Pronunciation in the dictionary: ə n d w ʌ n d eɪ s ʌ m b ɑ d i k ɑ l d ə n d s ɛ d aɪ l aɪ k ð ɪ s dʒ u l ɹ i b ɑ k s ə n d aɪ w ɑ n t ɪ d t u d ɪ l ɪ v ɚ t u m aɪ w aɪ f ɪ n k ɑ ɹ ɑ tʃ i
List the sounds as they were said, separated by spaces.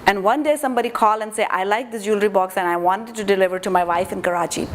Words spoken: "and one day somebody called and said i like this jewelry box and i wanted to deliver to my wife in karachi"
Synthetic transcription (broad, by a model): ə n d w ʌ n d eɪ s ʌ m b ɑ d i k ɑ l ə n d s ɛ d aɪ l aɪ k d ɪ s dʒ u l ɹ i b ɑ k s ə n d aɪ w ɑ n t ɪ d t u d ɪ l ɪ v ɚ t u m aɪ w aɪ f ɪ n k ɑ ɹ ɑ tʃ i